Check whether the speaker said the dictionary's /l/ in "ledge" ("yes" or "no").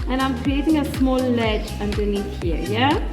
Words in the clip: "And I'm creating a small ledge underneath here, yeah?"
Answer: yes